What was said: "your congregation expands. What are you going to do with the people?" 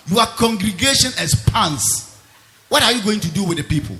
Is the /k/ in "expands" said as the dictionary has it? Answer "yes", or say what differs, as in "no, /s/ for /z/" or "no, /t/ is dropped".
no, /k/ is dropped